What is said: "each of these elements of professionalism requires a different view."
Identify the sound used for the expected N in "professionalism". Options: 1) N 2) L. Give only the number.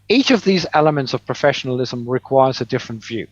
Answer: 1